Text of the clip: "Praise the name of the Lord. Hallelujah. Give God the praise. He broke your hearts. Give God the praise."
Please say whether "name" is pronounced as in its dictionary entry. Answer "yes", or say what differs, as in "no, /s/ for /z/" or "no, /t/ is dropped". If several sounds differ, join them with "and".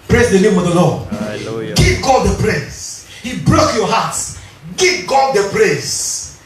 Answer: yes